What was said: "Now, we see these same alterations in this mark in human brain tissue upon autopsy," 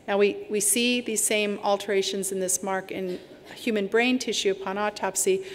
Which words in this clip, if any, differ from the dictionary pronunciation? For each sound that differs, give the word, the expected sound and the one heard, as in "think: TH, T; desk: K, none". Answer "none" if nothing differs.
none